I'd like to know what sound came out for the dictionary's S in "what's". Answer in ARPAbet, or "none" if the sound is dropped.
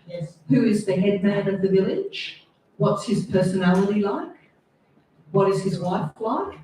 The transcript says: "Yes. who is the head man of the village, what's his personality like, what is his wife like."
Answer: S